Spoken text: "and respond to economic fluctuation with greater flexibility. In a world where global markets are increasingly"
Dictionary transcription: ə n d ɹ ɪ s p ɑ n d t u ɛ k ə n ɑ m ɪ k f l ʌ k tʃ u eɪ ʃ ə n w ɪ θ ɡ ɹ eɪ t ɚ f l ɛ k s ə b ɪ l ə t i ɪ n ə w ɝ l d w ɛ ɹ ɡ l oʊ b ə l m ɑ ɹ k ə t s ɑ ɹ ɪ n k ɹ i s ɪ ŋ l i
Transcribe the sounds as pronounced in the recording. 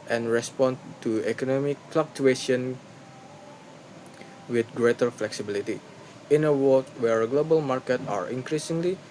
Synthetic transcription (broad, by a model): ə n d ɹ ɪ s p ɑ n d t u ɛ k ə n ɑ m ɪ k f l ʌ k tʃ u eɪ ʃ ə n w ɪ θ ɡ ɹ eɪ t ɚ f l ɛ k s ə b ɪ l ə t i ɪ n ə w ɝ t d w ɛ ɹ ɡ l oʊ b ə l m ɑ ɹ k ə t ɑ ɹ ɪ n k ɹ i s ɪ ŋ l i